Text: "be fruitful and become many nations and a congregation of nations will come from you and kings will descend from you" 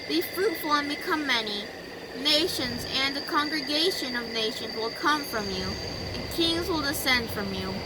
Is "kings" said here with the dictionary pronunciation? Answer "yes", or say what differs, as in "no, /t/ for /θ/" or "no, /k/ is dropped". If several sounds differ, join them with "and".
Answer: yes